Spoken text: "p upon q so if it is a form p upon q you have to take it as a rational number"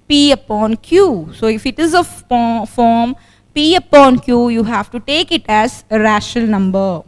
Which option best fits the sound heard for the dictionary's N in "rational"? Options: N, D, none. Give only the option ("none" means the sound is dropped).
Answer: none